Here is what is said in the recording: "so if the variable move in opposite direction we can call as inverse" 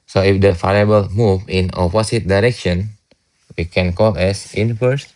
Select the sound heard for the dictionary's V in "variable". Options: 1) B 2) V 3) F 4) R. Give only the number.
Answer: 3